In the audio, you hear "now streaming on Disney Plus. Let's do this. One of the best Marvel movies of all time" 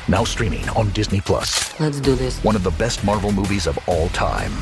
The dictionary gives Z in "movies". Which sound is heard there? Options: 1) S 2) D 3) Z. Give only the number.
3